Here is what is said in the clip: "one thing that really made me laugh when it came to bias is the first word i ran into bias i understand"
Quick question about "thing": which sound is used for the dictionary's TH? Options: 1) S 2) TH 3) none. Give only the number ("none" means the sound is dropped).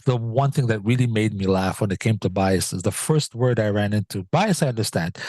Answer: 2